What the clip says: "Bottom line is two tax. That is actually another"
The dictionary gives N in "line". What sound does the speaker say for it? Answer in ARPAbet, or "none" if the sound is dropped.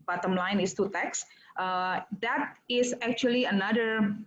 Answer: N